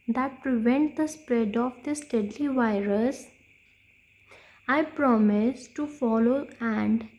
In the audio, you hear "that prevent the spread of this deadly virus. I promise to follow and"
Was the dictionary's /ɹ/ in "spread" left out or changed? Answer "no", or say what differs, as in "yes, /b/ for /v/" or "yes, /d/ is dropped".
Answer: no